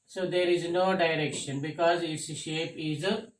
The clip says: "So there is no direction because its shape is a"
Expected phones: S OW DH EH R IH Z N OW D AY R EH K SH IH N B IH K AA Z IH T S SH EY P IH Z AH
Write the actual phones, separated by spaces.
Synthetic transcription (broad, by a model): S OW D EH R IH Z N OW D AY R EH K SH IH N B IH K AA Z IH T S SH EY P IH Z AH